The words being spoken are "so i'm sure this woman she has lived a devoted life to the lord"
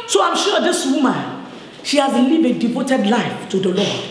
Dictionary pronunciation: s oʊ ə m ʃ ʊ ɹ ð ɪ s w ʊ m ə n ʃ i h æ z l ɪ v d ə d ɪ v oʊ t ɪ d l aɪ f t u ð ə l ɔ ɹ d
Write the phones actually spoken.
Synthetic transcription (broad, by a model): s oʊ ə m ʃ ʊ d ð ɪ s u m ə ʃ i h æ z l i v ə d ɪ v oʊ t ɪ d l aɪ f t u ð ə l ɔ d